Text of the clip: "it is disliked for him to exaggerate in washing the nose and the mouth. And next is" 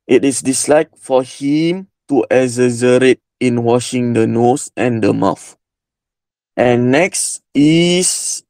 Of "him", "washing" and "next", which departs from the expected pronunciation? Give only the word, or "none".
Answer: none